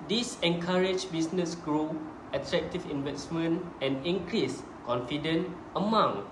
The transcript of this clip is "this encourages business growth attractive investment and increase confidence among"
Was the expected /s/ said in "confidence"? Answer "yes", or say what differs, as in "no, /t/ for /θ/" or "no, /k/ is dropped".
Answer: no, /s/ is dropped